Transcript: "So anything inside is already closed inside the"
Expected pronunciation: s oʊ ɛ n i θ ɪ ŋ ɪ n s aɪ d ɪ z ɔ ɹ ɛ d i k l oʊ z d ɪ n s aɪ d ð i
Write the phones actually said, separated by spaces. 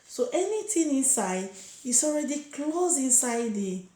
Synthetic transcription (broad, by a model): s oʊ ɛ n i t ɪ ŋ ɪ n s aɪ d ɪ s ɔ ɹ ɛ d i k l oʊ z ɪ n s aɪ d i